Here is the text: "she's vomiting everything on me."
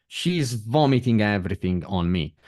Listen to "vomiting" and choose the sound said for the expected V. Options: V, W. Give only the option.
V